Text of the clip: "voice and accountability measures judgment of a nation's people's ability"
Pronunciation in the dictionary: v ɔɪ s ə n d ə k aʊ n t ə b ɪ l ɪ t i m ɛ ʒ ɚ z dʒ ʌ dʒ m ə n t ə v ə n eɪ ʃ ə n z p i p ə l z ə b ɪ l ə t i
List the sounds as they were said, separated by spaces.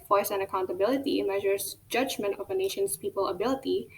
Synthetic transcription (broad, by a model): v ɔɪ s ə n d ə k aʊ n t ə b ɪ l ɪ t i m ɛ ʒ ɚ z dʒ ʌ dʒ m ə n t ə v ə n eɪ ʃ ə n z p i p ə l ə b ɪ l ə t i